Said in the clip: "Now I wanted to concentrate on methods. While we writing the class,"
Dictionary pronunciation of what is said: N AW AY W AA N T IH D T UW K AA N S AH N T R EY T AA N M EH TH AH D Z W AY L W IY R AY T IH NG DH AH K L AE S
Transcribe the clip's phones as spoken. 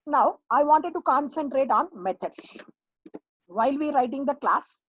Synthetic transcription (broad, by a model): N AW AY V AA N T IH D T UW K AA N S AH N T R EY T AA N M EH T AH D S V AY L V IY R AY T IH NG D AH K L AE S